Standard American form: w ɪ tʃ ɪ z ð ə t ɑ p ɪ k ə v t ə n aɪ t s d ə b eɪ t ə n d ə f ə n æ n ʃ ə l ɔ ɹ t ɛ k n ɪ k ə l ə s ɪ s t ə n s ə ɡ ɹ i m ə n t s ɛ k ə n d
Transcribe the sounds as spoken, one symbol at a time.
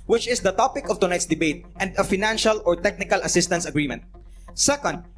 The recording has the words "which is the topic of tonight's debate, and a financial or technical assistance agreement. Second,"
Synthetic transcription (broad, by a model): w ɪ tʃ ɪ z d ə t ɑ p ɪ k ə v t ə n aɪ t s d ə b eɪ t ə n d ə f ə n æ n ʃ ə l ɔ ɹ t ɛ k n ɪ k ə l ə s ɪ s t ə n s ə ɡ ɹ i m ə n t s ɛ k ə n d